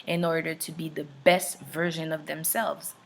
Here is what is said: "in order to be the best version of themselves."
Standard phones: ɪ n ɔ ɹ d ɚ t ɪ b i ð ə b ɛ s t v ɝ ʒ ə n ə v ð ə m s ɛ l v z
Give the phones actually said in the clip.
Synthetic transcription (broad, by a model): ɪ n ɔ ɹ d ɚ t ɪ b i ð ə b ɛ s t v ɝ ʒ ə n ə v ð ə m s ɛ l v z